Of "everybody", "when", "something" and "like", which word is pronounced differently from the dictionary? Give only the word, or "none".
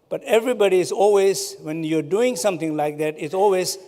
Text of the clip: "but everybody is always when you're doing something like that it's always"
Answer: something